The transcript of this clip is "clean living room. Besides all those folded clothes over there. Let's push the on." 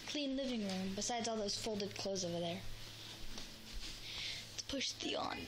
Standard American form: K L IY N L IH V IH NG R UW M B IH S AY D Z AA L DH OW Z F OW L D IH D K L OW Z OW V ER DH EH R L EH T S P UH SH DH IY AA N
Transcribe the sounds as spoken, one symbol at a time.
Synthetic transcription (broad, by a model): K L IY N L IH V IH NG R UW M B IH S AY D Z AA L DH OW Z F OW L D IH D K L OW Z OW V ER DH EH R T P UH SH DH IY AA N